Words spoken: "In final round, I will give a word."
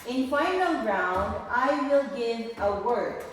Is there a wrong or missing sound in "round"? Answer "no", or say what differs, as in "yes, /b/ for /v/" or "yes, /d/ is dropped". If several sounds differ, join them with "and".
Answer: no